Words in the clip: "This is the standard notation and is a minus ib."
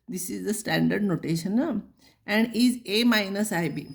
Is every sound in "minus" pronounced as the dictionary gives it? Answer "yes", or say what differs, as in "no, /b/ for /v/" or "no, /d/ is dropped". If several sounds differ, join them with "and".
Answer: yes